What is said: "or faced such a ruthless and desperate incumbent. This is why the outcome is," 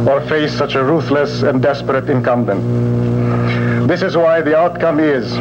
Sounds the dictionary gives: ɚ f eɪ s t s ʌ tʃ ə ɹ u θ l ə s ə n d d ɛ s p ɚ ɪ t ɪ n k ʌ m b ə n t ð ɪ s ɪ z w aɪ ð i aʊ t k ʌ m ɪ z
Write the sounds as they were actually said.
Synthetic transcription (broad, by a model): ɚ f eɪ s s ʌ tʃ ə ɹ u θ l ə s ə n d d ɛ s p ɚ ɪ t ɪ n k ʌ m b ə n t ð ɪ s ɪ z w aɪ ð i aʊ t k ʌ m ɪ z